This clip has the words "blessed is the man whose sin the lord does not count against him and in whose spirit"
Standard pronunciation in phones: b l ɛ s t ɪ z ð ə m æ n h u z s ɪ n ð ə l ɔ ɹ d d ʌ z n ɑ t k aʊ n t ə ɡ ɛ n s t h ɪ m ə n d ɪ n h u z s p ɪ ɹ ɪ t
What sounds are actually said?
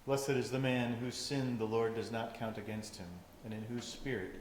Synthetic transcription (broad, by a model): l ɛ s t ɪ z ð ə m æ n h u z s ɪ n ð ə l ɔ ɹ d d ʌ z n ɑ t k aʊ n t ə ɡ ɛ n s t h ɪ m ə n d ɪ n h u z s p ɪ ɹ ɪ t